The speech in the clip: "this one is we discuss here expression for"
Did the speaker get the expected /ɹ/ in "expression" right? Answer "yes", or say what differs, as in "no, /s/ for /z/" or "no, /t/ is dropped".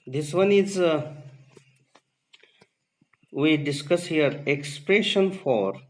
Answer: yes